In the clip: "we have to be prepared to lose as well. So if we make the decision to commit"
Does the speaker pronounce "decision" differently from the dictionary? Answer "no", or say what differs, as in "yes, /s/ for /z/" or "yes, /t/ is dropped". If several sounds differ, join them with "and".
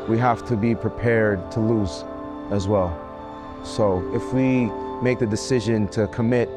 no